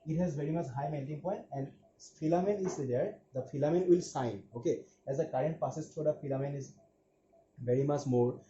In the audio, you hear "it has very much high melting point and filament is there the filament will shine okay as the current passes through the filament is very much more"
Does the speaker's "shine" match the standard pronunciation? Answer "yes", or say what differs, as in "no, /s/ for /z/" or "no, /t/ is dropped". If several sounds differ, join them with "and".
no, /s/ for /ʃ/